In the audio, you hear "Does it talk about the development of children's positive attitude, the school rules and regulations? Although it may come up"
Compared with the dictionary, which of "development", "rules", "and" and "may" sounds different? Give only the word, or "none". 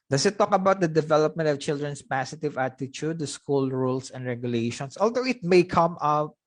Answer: rules